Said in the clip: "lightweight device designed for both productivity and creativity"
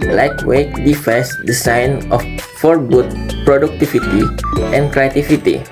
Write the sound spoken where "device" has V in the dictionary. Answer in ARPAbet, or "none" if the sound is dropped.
F